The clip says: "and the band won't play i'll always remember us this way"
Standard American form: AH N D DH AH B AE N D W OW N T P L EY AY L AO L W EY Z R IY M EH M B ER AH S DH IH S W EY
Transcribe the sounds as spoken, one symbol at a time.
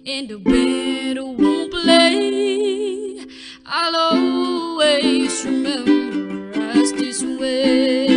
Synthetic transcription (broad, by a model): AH N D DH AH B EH D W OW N P L EY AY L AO W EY S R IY M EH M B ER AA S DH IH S W EY